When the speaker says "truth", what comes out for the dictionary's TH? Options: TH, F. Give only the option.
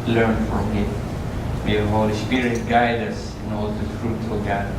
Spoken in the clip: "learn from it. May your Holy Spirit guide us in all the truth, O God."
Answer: F